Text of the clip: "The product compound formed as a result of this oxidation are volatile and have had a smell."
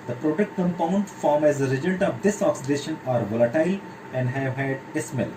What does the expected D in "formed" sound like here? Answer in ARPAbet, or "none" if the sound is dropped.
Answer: none